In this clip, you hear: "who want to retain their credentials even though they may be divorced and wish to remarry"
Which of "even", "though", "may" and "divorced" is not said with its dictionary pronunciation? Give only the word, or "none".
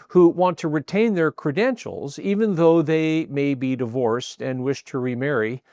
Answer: none